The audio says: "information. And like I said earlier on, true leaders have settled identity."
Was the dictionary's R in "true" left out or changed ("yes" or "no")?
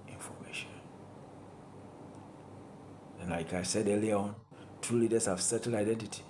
yes